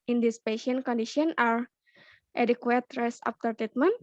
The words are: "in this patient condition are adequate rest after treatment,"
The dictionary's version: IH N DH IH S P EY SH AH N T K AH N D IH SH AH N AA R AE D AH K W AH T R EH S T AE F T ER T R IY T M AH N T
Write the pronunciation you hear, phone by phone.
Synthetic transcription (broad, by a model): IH N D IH S P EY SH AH N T K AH N D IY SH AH N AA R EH D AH K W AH T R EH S AA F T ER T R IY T M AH N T